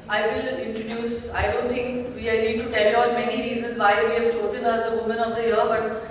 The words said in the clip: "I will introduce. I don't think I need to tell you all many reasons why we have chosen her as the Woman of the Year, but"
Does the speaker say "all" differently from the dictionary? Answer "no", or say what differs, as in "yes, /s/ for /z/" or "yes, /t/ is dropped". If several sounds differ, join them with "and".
yes, /n/ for /l/